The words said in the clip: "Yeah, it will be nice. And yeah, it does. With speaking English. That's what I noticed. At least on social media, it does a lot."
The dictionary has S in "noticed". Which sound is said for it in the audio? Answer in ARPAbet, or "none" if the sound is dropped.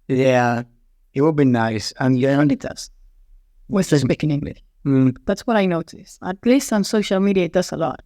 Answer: S